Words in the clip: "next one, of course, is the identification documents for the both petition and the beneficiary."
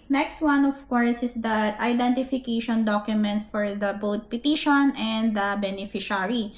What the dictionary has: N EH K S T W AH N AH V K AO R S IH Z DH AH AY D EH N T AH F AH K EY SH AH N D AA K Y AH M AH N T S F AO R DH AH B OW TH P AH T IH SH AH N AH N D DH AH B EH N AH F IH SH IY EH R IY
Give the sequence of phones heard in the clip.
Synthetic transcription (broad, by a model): N EH K S T W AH N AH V K AO R S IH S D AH AY D EH N T AH F AH K EY SH AH N D AA K Y AH M AH N T S F AO R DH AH B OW T P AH T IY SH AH N AH N D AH B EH N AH F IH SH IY R IY